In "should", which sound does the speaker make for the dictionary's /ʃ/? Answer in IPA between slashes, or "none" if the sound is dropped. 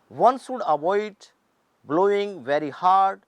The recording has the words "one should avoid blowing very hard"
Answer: /s/